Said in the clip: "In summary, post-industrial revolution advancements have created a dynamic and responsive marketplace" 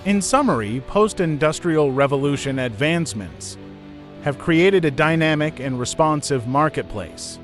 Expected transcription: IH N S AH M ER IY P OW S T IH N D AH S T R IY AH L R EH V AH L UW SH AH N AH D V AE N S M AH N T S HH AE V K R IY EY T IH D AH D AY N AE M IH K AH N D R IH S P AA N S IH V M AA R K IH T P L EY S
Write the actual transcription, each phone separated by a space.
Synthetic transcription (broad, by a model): IH N S AH M ER IY P OW S T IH N D AH S T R IY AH L R EH V AH L UW SH AH N AH D V AE N S M AH N T S HH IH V K R IY EY T IH D AH D AY N AE M IH K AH N R IH S P AA N S IH V M AA R K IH T P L EY S